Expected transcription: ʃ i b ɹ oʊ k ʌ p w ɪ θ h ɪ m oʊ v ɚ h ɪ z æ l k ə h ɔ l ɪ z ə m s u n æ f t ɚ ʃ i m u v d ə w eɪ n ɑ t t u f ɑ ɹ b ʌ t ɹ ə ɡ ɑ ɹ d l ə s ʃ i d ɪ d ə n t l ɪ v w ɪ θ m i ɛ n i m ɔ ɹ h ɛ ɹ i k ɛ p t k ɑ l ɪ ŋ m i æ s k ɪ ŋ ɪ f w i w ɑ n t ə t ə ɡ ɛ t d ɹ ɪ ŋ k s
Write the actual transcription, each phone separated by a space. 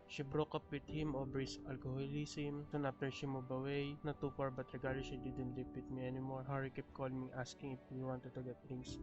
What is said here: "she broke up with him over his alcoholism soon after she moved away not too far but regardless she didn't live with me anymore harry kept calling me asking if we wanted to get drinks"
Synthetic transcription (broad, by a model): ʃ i b ɹ oʊ k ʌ p w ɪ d h ɪ m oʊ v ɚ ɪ s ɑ l k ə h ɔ l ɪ s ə m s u n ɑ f t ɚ ʃ i m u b ə w eɪ n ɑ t t u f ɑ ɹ b ʌ t ɹ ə ɡ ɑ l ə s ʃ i d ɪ d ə n t l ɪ p w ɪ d m i ɛ n i m ɔ ɹ h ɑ ɹ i k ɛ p k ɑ l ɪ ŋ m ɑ s k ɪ ŋ ɪ f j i w ɑ n t ə t ə ɡ ɛ t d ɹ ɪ ŋ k s